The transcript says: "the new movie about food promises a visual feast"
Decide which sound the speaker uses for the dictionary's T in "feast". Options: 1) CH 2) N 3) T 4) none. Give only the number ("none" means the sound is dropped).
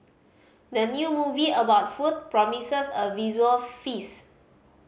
4